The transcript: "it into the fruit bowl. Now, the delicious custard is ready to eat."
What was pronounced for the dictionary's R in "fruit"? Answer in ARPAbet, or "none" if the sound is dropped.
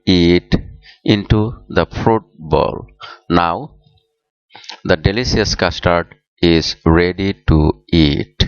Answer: R